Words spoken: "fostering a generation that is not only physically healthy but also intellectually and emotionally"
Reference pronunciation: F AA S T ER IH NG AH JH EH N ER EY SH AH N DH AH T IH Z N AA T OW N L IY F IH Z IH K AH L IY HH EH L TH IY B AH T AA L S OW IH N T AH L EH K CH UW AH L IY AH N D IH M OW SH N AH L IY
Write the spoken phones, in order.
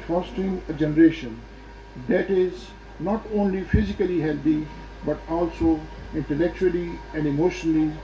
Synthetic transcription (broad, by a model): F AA S T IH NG AH JH EH N ER EY SH AH N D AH T IH Z N AA T OW N L IY F IH Z IH K AH L IY HH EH L T IY B AH T AA L S OW IH N T AH L EH K CH UW AH L IY AH N D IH M OW SH N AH L IY